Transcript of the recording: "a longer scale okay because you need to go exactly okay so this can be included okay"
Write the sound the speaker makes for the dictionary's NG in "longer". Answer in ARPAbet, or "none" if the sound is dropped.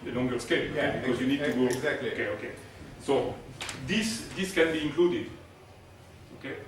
NG